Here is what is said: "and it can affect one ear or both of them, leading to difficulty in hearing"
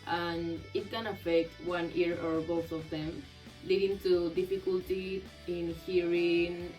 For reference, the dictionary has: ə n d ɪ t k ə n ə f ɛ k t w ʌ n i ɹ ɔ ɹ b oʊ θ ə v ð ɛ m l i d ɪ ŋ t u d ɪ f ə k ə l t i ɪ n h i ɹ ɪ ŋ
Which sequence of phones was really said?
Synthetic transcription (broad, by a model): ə n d ɪ t k ə n ə f ɛ k t w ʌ n i ɹ ɔ ɹ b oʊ s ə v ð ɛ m l i d ɪ ŋ t u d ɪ f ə k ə l t i ɪ n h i ɹ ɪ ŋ